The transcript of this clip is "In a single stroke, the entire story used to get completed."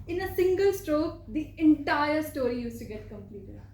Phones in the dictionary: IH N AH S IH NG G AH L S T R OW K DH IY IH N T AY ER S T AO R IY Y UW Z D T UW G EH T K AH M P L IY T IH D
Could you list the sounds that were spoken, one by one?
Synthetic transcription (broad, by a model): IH N AH S IH NG G AH L S T R OW K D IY IH N T AY ER S T AO R IY Y UW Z T UW G EH T K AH M P L IY T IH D